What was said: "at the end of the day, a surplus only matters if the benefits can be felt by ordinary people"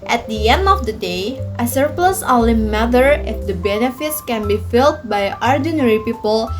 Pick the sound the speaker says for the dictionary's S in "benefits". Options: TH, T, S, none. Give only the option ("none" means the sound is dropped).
S